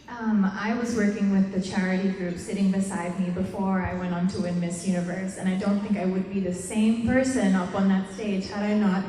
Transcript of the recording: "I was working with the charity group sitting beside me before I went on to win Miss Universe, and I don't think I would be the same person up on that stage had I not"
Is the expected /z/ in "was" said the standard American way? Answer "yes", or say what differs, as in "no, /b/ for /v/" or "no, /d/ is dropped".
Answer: yes